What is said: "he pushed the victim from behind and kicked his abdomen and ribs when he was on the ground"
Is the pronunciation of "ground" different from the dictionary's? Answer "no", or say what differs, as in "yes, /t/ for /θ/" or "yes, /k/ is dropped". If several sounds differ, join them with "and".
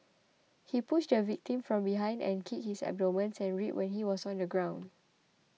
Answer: no